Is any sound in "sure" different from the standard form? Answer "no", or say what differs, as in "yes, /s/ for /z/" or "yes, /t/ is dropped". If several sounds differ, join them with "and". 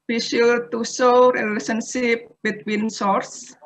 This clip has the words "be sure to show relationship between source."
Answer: yes, /l/ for /ɹ/